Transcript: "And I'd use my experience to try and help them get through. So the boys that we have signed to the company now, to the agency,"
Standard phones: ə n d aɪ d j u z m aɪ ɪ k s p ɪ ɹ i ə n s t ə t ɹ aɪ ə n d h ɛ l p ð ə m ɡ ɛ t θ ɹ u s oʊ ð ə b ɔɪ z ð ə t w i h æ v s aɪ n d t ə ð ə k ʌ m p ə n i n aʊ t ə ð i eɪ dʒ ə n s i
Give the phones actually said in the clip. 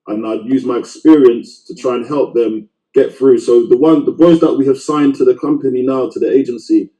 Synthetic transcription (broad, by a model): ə n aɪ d j u z m aɪ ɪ k s p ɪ ɹ i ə n s t ə t ɹ aɪ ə n h ɛ l p ð ə m ɡ ɛ t θ ɹ u s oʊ ð ə b ɔɪ z ð ə t w i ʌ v s aɪ n t ə ð ə k ʌ m p ə n i n aʊ t ə ð i eɪ dʒ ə n s i